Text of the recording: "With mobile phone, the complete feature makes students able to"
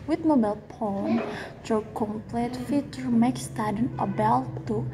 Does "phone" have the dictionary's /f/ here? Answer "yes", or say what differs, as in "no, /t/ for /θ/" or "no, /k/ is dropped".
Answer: no, /p/ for /f/